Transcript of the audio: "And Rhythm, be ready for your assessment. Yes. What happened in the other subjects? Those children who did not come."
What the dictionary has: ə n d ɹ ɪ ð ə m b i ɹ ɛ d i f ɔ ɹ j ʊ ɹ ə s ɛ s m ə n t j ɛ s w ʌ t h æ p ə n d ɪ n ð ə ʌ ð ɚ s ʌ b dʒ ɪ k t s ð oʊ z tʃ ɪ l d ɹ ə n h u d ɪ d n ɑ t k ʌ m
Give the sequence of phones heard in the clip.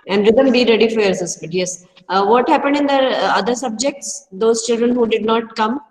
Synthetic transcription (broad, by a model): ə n d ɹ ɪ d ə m b i ɹ ɛ d i f ɔ ɹ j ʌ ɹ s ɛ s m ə t j ɛ s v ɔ t h æ p ə n d ɪ n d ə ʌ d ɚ s ʌ b dʒ ɪ k t s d oʊ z tʃ ɪ l d ɹ ə n h u d ɪ d n ɑ t k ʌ m